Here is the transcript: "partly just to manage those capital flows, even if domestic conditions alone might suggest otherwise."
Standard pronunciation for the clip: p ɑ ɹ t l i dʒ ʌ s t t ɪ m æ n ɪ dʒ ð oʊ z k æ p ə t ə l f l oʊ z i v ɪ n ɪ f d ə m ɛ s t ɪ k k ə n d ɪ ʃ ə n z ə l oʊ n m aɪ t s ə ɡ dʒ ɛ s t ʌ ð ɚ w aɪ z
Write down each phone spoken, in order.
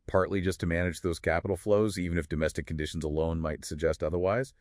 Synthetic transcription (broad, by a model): p ɑ ɹ t l i dʒ ʌ s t t ɪ m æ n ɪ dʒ ð oʊ z k æ p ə t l f l oʊ z i v ɪ n ɪ f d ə m ɛ s t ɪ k k n d ɪ ʃ n z ə l oʊ n m aɪ t s ə ɡ dʒ ɛ s t ʌ ð ɚ w aɪ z